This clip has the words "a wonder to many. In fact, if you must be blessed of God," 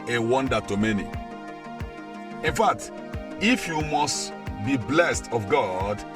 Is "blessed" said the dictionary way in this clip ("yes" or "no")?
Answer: yes